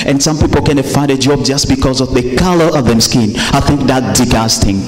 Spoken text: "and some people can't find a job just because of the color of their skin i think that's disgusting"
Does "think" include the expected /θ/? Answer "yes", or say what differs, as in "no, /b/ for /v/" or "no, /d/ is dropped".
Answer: yes